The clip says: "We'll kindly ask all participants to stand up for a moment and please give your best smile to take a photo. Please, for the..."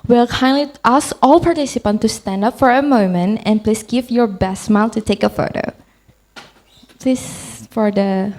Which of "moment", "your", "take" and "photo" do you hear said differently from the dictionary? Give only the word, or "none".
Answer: none